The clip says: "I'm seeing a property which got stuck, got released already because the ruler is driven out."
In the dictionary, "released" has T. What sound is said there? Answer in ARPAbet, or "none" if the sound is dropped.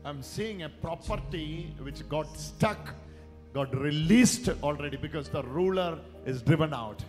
T